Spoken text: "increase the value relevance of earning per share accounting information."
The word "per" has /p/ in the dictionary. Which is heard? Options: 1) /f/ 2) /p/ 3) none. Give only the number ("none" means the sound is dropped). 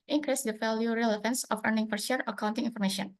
1